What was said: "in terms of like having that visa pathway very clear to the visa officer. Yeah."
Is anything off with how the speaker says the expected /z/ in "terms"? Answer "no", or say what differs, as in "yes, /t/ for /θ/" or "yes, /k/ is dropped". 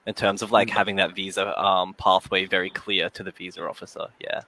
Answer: no